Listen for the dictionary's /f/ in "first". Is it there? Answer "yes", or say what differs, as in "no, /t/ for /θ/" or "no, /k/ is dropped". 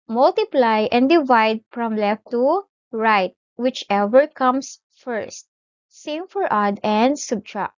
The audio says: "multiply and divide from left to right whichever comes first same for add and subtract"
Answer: yes